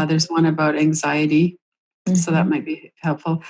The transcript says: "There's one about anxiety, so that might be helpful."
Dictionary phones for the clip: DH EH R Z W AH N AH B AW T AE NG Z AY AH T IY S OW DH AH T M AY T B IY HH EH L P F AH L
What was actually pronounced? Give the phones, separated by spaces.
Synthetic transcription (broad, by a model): DH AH R Z W AH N AH B AW T AE NG Z AY AH T IY S OW DH AH T M AY T B IY HH EH L P F L